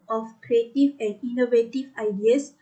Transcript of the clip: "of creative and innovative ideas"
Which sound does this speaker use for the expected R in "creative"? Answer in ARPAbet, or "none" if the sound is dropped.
R